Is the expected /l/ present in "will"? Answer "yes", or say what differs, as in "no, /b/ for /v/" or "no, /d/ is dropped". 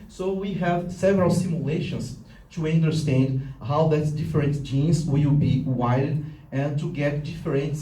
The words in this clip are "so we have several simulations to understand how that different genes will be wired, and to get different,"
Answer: no, /w/ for /l/